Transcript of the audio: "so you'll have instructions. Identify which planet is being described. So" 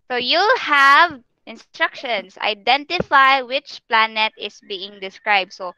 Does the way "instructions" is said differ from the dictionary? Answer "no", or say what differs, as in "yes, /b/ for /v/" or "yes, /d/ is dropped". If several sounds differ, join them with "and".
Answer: yes, /s/ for /z/